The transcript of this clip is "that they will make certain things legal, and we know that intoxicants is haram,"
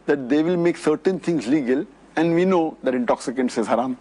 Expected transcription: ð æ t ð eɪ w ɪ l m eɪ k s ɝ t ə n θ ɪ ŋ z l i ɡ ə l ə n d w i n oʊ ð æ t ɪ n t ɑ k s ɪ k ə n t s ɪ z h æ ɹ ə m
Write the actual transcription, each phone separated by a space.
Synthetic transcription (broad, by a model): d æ t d eɪ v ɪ l m eɪ k s ɝ t ə n t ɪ ŋ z l i ɡ ə l ə n d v i n oʊ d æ t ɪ n t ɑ k s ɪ k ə n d s ɪ z h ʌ ɹ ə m